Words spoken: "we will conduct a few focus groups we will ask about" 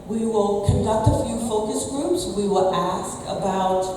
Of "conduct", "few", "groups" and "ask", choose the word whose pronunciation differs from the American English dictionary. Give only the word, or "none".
none